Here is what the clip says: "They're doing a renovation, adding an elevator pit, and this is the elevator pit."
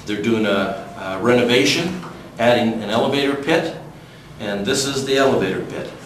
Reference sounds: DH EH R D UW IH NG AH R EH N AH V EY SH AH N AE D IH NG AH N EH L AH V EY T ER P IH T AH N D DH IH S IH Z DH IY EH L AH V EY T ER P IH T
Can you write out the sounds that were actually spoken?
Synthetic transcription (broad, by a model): DH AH R D UW IH NG AH R EH N AH V EY SH AH N AE D IH NG AH N EH L AH V EY T ER P IH T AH N DH IH S IH Z DH IY EH L AH V EY T ER P IH T